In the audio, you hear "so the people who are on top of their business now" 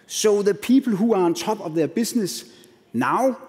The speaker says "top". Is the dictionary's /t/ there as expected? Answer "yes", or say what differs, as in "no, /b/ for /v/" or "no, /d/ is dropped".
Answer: no, /s/ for /t/